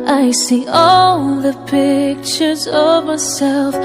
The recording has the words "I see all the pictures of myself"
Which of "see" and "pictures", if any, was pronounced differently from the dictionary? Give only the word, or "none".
none